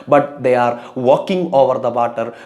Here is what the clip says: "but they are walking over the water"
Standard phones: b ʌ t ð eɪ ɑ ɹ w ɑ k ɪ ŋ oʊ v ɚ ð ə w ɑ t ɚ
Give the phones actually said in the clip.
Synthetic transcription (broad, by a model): b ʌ t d eɪ ɑ ɹ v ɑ k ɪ ŋ oʊ v ɚ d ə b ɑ t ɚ